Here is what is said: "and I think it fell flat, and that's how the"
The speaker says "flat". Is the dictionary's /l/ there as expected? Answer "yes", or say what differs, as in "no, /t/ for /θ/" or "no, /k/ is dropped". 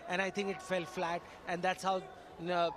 yes